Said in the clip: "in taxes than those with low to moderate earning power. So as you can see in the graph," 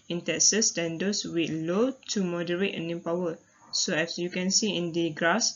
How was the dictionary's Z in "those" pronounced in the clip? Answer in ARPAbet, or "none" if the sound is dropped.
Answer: S